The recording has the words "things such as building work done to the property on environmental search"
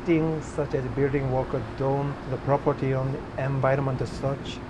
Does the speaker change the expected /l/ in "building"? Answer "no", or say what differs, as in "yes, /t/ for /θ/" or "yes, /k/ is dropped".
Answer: no